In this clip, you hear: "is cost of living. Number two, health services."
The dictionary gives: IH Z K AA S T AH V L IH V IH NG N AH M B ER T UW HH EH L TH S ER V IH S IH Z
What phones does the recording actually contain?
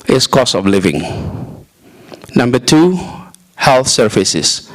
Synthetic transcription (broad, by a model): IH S K AA S AH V L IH V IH NG N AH M B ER T UW HH EH L TH S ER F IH S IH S